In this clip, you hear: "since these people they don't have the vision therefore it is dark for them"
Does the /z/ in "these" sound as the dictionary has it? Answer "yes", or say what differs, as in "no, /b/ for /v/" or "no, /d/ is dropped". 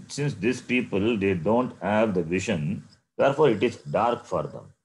no, /s/ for /z/